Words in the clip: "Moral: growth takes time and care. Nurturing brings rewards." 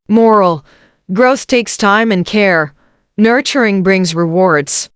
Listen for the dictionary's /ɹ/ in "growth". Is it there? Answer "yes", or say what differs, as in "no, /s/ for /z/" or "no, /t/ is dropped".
yes